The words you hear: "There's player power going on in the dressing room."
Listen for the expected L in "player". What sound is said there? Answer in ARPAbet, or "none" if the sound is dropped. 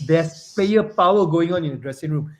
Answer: none